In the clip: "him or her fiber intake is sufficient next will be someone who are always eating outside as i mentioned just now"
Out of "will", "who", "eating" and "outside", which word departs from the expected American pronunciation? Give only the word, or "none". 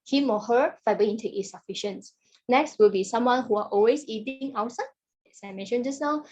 outside